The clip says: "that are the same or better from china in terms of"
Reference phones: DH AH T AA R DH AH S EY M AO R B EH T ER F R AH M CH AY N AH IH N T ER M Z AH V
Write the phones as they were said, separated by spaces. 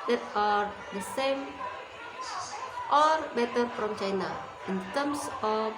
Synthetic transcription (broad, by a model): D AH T AA R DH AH S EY M AO R B EH T ER P R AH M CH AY N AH IH N T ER M S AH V